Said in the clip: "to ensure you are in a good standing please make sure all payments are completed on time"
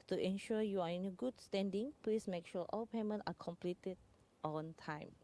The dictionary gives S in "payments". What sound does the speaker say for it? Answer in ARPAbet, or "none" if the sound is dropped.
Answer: none